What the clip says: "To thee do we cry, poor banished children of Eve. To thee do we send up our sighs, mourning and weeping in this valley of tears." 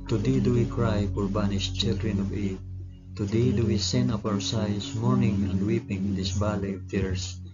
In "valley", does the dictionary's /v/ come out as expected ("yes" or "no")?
no